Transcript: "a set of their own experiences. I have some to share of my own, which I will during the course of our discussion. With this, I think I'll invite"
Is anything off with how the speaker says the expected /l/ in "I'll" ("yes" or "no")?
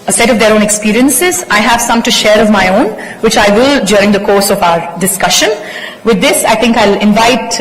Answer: no